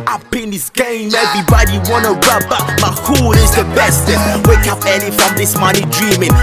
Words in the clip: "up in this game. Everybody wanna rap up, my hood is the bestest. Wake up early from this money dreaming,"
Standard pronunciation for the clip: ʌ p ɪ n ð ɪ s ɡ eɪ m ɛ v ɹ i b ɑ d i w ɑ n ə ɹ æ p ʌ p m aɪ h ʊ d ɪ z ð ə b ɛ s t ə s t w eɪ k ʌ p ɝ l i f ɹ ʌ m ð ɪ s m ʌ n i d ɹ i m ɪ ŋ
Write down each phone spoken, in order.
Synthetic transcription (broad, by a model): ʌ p ɪ n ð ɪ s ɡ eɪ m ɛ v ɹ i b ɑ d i w ɑ n ə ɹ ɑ b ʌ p m aɪ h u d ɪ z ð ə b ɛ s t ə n w eɪ k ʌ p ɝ n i f ɹ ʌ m ð ɪ s m ʌ n i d ɹ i m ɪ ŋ